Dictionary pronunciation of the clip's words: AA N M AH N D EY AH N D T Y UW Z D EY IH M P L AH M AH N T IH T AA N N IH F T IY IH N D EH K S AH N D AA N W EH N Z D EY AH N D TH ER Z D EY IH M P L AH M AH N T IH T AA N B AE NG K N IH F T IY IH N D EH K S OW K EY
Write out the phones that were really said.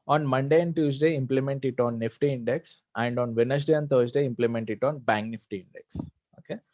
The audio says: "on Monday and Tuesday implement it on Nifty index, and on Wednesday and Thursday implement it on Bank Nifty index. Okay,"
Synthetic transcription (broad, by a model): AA N M AH N D EY AH N D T Y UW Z D EY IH M P L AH M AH N T IH T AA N N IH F T IY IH N D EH K S AH N D AA N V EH N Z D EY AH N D T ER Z D EY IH M P L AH M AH N T IH T AA N B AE NG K N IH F T IY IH N D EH K S OW K EY